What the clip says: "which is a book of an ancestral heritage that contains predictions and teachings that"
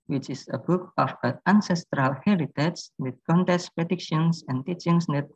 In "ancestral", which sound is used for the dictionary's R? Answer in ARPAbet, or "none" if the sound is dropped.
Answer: R